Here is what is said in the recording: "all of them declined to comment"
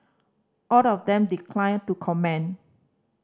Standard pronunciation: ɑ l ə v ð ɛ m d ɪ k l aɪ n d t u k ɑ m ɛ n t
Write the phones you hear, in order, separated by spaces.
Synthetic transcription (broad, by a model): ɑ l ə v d ɛ m d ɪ k l aɪ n t u k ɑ m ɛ n